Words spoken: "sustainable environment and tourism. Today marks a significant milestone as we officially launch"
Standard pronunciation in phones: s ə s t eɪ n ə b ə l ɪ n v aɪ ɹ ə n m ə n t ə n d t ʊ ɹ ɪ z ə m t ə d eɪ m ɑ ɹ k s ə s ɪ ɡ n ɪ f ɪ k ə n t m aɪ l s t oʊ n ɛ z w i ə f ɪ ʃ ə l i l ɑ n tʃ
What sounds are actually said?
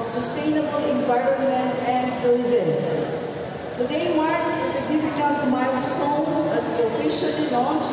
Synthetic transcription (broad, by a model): s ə s t eɪ n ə b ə l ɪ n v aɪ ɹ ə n m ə n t ə n d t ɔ ɪ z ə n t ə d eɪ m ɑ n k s s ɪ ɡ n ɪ f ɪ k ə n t m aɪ s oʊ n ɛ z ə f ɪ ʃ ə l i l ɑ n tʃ